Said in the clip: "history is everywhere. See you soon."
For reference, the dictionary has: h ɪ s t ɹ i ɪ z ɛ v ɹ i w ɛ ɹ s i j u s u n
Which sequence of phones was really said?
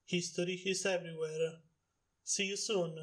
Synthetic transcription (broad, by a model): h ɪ s t ɹ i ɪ s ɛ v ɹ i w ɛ ɹ s i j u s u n